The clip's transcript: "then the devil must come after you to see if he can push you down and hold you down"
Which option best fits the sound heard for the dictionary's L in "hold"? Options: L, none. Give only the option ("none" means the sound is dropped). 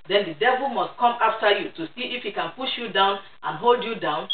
L